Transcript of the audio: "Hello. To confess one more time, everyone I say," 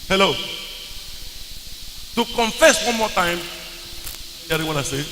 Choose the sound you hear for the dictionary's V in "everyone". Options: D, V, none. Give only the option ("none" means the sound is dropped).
none